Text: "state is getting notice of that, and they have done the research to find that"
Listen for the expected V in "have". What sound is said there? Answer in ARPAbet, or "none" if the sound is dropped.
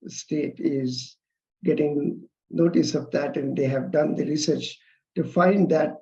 V